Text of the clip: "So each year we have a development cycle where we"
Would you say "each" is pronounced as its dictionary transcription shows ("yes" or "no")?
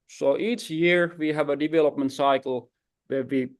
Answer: yes